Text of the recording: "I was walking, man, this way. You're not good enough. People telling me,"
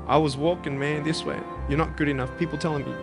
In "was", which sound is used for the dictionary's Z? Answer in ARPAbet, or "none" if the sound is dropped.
Z